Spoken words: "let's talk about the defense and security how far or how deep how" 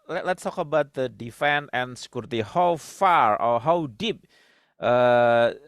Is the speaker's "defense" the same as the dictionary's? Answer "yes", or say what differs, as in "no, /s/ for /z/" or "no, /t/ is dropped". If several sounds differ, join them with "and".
no, /s/ is dropped